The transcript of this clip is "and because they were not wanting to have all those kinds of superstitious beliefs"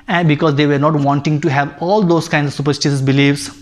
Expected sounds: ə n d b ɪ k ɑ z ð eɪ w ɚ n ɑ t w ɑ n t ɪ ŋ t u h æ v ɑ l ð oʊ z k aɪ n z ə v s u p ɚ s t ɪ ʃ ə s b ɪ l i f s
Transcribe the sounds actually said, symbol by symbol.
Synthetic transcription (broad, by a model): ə n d b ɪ k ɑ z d eɪ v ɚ n ɑ t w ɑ n t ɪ ŋ t u h æ v ɑ l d oʊ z k aɪ n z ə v s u p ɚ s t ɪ s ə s b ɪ l i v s